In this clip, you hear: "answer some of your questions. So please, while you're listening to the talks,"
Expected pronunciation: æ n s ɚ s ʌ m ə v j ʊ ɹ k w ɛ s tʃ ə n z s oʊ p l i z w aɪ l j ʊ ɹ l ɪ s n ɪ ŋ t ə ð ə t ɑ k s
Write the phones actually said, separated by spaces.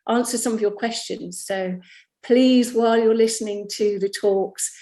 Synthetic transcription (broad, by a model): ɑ n s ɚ s ʌ m ə v j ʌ k w ɛ s tʃ ə n z s oʊ p l i z w aɪ l j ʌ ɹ l ɪ s n ɪ ŋ t ə ð ə t ɑ k s